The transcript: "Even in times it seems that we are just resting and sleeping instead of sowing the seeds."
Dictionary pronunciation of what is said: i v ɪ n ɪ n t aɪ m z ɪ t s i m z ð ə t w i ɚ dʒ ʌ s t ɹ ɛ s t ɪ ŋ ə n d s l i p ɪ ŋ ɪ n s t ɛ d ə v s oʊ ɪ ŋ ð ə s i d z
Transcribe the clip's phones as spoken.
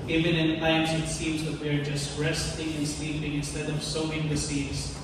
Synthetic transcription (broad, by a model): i v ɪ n ɪ n t aɪ m z ɪ t s i m z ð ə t w i ɚ dʒ ʌ s t ɹ ɛ s t ɪ ŋ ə n s l i p ɪ ŋ ɪ n s t ɛ d ə v s oʊ ɪ ŋ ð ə s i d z